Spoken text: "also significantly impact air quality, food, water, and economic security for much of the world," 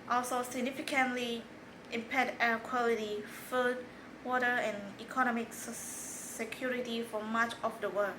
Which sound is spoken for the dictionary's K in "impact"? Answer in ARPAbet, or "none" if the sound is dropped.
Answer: none